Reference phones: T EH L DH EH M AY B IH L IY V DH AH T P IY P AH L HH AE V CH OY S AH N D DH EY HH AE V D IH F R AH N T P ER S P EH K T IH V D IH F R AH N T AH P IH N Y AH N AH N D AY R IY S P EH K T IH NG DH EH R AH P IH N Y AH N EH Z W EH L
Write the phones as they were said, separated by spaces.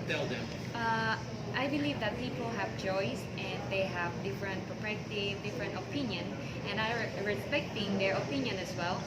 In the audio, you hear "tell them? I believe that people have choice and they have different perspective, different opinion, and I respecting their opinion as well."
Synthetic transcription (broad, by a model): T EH L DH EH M AY B IH L IY V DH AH T P IY P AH L HH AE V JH OY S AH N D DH EY HH AE V D IH F R AH N T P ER P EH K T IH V D IH F R AH N T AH P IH N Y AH N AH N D AY R IY S P EH K T IH NG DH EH R AH P IH N Y AH N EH S W EH L